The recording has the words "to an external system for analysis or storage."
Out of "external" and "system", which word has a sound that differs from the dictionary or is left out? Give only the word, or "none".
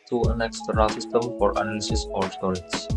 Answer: external